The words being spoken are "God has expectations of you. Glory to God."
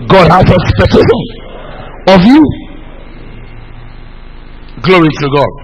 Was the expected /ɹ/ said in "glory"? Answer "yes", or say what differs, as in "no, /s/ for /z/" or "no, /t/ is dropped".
yes